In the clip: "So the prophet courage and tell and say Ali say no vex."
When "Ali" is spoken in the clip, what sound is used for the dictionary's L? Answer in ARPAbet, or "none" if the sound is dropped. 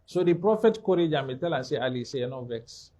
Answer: L